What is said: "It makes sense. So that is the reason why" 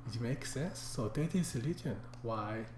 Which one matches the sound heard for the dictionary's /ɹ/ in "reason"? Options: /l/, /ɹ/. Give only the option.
/l/